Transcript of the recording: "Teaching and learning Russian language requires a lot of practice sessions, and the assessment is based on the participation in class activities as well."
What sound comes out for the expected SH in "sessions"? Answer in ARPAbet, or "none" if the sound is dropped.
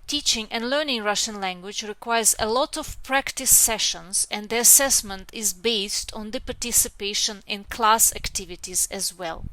SH